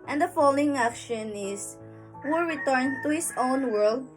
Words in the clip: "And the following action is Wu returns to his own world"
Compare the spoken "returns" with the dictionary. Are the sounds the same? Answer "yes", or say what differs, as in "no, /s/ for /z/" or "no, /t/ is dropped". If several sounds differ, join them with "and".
no, /z/ is dropped